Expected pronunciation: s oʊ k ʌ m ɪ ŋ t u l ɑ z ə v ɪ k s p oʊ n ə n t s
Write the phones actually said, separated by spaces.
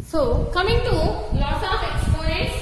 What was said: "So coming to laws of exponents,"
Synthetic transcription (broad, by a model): s oʊ k ʌ m ɪ ŋ t u l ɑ s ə f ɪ k s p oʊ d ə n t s